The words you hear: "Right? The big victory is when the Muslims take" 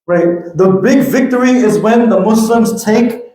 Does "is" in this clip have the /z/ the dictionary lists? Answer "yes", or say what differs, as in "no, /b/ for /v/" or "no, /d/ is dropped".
yes